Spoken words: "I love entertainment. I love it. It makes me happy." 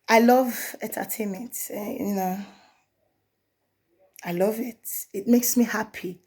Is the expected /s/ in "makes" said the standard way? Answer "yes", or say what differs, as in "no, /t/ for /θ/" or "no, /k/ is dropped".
yes